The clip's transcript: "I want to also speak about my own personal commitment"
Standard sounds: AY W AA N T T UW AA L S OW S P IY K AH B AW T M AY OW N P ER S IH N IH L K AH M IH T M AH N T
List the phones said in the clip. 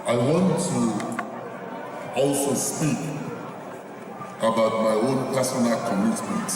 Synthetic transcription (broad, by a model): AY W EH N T T UW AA S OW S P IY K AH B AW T M AY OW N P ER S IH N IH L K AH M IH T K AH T